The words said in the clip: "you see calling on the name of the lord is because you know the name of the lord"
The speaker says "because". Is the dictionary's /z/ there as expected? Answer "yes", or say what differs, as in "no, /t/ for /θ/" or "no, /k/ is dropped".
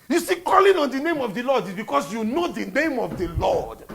no, /s/ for /z/